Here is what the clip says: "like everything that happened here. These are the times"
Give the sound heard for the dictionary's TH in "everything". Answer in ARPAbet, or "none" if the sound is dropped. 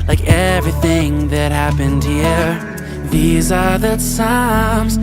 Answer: TH